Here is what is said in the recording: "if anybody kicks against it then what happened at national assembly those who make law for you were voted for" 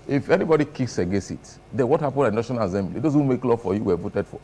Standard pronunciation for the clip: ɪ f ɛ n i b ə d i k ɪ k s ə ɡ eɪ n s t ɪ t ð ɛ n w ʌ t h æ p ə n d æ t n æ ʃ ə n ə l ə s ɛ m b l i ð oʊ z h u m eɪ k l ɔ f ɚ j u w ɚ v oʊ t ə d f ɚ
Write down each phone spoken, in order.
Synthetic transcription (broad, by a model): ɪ f ɛ n i b ə d i k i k s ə ɡ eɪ s ɪ t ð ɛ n w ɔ t h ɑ p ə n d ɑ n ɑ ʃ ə n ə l ə s ɛ m b l i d oʊ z h u m eɪ k l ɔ f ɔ j u w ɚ v oʊ t ə d f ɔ